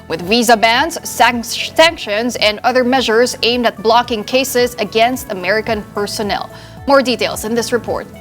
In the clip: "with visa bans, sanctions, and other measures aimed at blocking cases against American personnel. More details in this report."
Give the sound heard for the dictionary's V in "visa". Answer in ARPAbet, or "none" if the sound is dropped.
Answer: V